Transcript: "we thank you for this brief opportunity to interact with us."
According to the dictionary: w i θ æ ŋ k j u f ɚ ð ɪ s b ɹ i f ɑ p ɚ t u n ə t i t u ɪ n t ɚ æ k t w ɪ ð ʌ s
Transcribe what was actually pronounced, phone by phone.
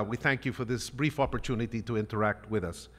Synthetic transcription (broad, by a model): w i θ æ ŋ k j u f ɚ ð ɪ s b ɹ i f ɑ p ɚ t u n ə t i t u ɪ n t ɚ æ k t w ɪ ð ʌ s